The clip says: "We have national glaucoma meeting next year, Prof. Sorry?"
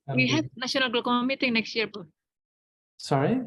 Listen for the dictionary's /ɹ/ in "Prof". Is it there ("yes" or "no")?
no